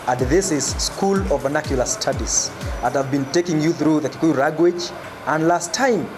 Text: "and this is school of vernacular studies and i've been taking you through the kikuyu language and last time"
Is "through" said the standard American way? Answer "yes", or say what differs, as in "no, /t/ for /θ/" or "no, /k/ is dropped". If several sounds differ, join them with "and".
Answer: yes